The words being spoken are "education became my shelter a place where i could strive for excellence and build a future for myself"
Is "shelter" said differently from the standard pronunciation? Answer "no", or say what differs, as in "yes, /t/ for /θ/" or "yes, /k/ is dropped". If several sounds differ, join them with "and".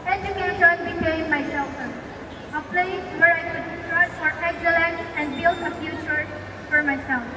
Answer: yes, /s/ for /ʃ/